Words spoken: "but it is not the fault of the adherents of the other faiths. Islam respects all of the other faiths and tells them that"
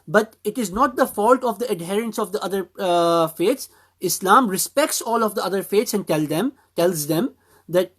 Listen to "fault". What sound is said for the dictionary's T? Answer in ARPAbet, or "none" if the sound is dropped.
T